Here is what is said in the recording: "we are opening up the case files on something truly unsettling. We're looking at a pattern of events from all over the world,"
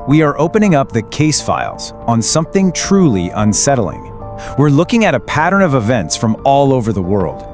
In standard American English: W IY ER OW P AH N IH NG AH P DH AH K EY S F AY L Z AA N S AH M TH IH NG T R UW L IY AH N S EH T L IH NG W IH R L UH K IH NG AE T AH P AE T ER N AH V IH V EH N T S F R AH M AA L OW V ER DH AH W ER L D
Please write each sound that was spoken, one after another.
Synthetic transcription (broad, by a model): W IY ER OW P AH N IH NG AH P DH AH K EY S F AY L Z N S AH M TH IH NG T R UW L IY AH N S EH T L IH NG W IH R L UH K IH NG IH T AH P AE T ER N AH V IH V EH N T S F R AH M AA L OW V ER DH AH W ER L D